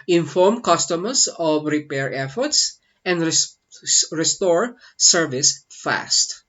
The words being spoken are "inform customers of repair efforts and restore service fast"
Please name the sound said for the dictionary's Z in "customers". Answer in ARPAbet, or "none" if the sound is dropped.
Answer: S